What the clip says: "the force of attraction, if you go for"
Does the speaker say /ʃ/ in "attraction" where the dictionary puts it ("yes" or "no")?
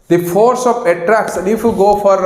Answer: no